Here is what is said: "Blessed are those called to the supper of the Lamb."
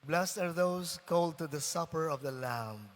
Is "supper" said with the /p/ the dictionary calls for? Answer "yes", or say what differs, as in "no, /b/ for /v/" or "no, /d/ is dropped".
yes